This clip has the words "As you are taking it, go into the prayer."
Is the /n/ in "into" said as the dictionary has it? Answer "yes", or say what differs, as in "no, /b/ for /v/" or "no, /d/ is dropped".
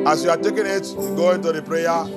yes